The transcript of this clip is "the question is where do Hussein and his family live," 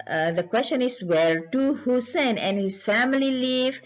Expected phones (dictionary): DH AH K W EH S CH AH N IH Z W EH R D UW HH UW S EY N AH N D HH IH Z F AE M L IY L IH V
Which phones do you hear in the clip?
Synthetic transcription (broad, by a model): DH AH K W EH S CH AH N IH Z W EH R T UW HH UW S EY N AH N HH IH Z F AE M L IY L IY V